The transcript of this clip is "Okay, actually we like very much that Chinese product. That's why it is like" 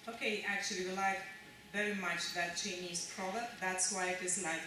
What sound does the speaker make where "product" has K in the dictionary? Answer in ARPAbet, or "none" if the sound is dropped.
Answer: none